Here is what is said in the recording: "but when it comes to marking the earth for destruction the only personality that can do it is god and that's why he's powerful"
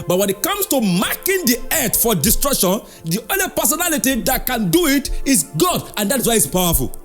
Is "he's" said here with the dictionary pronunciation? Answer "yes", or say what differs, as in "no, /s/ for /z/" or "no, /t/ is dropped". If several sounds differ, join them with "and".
no, /s/ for /z/